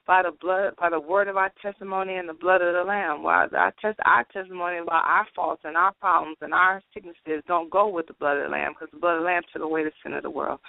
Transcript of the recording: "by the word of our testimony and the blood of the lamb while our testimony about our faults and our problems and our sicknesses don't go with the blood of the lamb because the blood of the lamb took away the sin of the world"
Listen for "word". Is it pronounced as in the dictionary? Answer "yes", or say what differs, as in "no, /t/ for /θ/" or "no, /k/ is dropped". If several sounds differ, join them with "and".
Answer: yes